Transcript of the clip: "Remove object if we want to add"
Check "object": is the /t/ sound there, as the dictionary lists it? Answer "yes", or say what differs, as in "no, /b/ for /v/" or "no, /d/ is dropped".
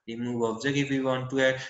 no, /t/ is dropped